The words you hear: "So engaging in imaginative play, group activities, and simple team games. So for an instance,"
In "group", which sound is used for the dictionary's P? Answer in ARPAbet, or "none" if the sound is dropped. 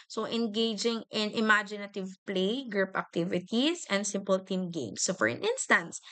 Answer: P